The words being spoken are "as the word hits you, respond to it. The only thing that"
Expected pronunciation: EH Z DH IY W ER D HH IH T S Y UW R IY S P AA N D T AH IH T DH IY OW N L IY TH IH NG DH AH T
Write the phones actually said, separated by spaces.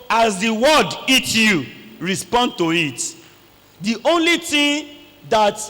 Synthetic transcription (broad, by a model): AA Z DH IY W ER D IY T Y UW R IY S P AA N D T AH IH T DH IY OW N L IY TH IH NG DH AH T